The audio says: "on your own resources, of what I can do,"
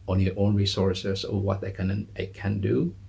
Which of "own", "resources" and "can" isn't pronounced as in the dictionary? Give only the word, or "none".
resources